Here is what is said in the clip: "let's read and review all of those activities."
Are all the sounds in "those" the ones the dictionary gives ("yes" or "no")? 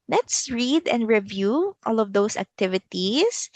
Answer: no